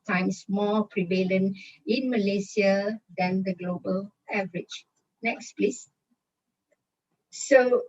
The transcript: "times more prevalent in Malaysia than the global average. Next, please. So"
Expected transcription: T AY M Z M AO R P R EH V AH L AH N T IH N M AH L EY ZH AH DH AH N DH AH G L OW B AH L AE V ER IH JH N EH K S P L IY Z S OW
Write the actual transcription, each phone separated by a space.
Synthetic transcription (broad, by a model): T AY M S M AO P R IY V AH L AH N IH N M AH L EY S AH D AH N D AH G L OW B AH L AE V ER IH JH N EH K S P L IY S S OW